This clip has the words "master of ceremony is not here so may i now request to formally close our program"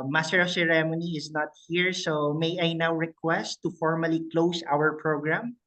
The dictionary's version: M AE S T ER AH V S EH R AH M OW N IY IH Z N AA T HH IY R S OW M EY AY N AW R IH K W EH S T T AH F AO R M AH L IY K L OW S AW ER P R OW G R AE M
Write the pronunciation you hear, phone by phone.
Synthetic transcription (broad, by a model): M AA S T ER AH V S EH R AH M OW N IY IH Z N AA T HH IY R S OW M EY AY N AW R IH K W EH S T T AH F AO R M AH L IY K L OW S AW ER P R OW G R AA M